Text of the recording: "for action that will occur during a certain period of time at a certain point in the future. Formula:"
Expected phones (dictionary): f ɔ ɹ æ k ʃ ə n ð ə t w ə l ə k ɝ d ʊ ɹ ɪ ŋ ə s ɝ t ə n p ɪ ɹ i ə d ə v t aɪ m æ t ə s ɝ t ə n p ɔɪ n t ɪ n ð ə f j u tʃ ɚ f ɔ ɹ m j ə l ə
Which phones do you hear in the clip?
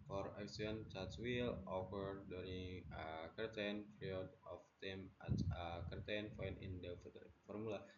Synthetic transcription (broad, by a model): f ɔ ɹ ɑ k s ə n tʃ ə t w ə l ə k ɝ d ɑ ɹ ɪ ə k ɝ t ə n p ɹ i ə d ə f t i m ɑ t ə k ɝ t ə n f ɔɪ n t ɪ n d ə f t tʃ f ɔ ɹ m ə l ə